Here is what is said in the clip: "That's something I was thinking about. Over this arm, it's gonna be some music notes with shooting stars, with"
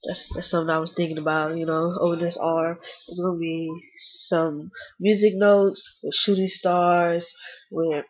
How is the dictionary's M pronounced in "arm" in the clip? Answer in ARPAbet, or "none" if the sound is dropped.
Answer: none